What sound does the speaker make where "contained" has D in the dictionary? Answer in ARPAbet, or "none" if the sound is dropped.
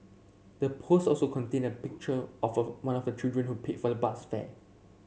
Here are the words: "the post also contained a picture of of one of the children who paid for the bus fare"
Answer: none